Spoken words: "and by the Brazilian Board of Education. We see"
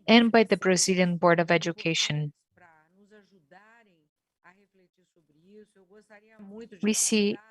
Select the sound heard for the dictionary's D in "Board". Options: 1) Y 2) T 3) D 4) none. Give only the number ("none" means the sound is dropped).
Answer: 3